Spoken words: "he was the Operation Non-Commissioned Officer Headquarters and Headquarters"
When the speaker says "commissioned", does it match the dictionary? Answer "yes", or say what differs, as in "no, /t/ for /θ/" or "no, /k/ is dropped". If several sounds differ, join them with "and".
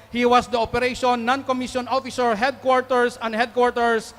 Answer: no, /d/ is dropped